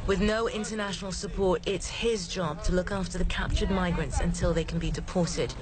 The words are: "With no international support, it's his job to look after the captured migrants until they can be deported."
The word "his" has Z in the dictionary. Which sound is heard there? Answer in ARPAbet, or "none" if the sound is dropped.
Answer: Z